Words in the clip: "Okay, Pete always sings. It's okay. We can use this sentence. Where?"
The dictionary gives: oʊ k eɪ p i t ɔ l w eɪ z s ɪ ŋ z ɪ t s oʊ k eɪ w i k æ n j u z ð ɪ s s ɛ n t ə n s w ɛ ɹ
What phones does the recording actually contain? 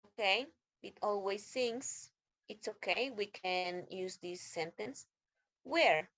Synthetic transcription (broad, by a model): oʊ k eɪ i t ɔ l w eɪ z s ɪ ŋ s ɪ t s oʊ k eɪ w i k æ n j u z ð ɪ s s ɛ n t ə n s w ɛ ɹ